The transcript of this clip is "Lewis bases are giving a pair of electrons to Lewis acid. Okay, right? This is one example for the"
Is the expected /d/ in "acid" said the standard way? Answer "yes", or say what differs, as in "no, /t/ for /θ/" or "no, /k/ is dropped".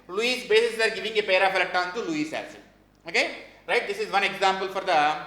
no, /d/ is dropped